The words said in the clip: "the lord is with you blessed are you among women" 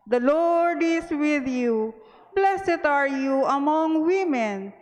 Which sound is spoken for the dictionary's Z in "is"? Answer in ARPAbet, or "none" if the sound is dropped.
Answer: S